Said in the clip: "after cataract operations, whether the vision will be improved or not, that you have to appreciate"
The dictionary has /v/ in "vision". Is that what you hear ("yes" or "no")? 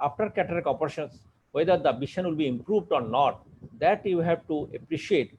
no